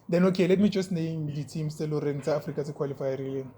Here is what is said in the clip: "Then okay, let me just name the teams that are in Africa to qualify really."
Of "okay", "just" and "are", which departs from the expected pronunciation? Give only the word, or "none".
none